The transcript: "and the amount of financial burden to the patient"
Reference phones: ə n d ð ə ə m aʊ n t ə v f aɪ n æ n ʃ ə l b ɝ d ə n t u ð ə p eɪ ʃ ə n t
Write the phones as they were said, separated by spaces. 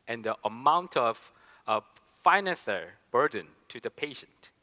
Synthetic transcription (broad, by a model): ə n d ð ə ə m aʊ n t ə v f aɪ n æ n s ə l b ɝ d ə n t u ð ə p eɪ ʃ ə n t